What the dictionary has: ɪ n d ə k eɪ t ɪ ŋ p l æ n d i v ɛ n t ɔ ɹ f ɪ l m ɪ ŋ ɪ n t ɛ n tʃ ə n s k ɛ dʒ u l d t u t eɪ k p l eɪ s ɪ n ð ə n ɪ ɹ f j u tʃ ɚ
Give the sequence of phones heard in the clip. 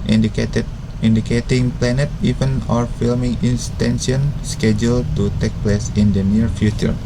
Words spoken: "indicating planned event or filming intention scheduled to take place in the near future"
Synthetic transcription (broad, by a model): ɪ n d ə k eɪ t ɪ ŋ p l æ n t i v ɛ n ɔ ɹ f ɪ l m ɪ ŋ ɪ n t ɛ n s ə n s k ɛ dʒ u l t u t eɪ k p l eɪ s ɪ n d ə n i ɹ f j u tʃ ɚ